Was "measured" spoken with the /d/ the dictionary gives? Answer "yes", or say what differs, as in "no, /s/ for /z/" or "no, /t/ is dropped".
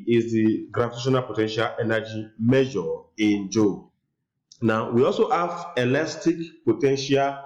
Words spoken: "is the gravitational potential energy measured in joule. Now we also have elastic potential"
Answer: no, /d/ is dropped